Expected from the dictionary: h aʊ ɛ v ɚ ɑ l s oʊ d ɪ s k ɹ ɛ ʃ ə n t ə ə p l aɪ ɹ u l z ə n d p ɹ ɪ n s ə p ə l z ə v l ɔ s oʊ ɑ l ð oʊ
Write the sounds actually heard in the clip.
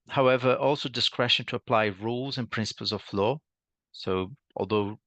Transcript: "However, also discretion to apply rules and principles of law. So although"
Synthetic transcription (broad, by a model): h aʊ ɛ v ɚ ɑ l s oʊ d ɪ s k ɹ ɛ ʃ ə n t ə ə p l aɪ ɹ u l z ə n p ɹ ɪ n s ə p ə l z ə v l ɔ s oʊ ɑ l ð oʊ